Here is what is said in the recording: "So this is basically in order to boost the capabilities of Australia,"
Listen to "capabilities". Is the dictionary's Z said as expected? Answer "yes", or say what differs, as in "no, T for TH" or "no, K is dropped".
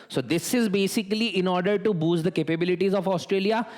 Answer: yes